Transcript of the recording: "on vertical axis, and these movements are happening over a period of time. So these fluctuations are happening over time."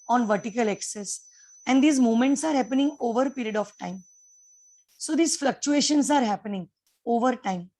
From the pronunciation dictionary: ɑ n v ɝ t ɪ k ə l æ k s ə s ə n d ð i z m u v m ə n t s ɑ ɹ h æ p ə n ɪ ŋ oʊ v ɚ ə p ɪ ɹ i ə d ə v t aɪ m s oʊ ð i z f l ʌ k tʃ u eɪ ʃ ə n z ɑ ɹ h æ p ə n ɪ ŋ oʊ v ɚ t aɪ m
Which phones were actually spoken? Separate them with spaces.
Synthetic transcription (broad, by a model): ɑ n v ɝ t ɪ k ə l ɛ k s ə s ə n d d i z m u m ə n t s ɑ ɹ h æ p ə n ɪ ŋ oʊ v ɚ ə p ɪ ɹ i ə d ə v t aɪ m s oʊ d i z f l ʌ k tʃ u eɪ ʃ ə n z ɑ ɹ h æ p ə n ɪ ŋ oʊ v ɚ t aɪ m